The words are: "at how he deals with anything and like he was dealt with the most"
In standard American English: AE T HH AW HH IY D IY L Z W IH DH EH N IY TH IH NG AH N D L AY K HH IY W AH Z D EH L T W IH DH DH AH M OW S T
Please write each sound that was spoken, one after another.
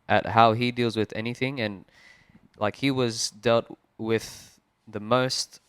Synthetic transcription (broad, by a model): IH T HH AW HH IY D IY L Z W IH DH EH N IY TH IH NG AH N L AY K HH IY W AH Z D EH L T W IH DH DH AH M OW S T